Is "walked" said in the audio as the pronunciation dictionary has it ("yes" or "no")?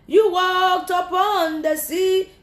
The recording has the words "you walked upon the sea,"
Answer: yes